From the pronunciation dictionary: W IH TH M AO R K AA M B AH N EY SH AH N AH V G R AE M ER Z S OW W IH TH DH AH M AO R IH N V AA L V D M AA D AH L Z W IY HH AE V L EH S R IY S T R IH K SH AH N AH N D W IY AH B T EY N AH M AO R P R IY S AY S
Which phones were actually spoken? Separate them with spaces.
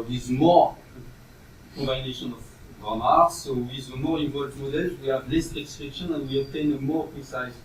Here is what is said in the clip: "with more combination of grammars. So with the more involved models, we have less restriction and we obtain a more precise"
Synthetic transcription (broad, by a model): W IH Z M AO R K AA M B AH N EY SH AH N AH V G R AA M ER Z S OW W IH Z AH M AO R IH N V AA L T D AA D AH Z W IY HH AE V L EH S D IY S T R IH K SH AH N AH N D W IY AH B T EY N AH M AO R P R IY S AY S